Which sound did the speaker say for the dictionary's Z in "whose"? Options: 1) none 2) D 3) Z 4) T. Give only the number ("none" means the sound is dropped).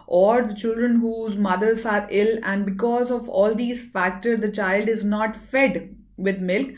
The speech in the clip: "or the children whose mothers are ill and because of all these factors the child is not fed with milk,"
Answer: 3